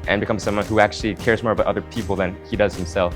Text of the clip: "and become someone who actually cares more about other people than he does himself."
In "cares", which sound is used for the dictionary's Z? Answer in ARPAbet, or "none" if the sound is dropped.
Z